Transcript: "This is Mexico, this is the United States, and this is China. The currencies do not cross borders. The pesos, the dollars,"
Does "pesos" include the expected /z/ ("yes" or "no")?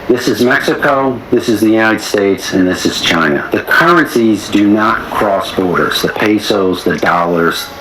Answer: yes